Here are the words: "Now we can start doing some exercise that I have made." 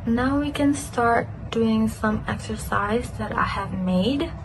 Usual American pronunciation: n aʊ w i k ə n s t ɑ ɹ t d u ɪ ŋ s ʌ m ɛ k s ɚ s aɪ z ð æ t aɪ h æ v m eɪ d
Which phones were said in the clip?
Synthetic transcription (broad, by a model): n aʊ w i k ə n s t ɑ ɹ t d u ɪ ŋ s ʌ m ɛ k s ɚ s aɪ z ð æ t aɪ h æ v m eɪ d